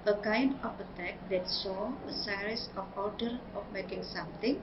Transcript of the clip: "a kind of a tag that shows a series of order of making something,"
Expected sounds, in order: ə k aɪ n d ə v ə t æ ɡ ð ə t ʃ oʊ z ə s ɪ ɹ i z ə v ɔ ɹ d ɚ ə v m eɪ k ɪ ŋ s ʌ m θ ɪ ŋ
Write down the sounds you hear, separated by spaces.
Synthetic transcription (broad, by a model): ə k aɪ n d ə f ə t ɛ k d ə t s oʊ ə s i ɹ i s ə f ɔ ɹ d ɚ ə f m eɪ k ɪ ŋ s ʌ m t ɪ ŋ